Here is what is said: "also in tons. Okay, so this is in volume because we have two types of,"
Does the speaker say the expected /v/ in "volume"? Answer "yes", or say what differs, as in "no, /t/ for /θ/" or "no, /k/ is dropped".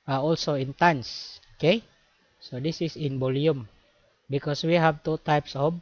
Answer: no, /b/ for /v/